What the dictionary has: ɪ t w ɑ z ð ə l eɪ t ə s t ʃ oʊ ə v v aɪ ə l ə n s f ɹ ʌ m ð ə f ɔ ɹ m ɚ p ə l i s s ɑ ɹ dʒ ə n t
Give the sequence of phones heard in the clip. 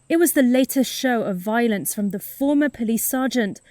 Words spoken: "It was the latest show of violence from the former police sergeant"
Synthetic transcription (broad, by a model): ɪ t w ɑ z ð ə l eɪ t ə s t ʃ oʊ ə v v aɪ ə l ə n s f ɹ ʌ m ð ə f ɔ m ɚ p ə l i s s ɑ dʒ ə n t